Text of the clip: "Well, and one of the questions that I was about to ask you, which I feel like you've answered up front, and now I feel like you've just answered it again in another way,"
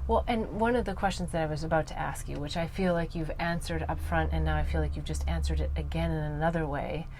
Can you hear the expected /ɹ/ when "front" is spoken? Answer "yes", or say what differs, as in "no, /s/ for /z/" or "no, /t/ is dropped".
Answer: yes